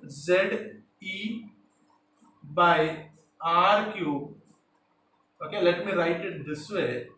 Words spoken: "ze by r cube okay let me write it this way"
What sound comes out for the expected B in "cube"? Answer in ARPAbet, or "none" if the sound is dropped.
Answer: none